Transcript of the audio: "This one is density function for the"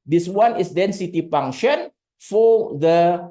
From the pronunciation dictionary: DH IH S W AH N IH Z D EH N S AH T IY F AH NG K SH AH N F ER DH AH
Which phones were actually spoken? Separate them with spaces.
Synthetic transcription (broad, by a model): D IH S W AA N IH S D EH N S AH T IY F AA NG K SH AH N F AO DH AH